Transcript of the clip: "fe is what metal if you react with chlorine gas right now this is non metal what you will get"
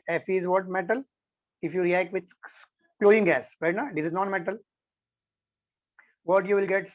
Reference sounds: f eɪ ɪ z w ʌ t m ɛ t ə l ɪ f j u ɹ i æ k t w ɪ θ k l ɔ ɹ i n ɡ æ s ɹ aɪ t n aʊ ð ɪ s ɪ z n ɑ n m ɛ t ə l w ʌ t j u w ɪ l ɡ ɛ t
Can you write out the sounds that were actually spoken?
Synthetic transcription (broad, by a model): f ɪ z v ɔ t m ɛ t ə l ɪ f j u ɹ i æ k t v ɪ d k l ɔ i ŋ ɡ æ s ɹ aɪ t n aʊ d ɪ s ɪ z n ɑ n m ɛ t ə l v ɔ t j u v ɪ l ɡ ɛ t